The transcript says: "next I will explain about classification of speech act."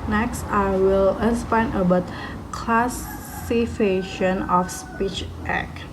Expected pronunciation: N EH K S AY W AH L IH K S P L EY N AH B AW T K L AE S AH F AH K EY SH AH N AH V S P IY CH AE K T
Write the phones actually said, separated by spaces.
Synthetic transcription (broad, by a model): N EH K S AY W AH L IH S P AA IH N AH B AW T K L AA S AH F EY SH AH N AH F S P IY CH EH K